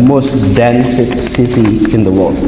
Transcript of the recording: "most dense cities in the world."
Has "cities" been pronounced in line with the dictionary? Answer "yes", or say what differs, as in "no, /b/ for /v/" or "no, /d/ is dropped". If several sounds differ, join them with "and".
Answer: no, /z/ is dropped